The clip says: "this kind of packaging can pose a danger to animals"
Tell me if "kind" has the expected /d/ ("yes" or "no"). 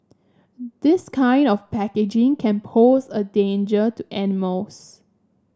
yes